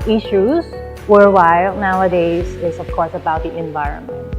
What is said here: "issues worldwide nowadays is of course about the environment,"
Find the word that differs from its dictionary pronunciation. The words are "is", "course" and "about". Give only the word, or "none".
is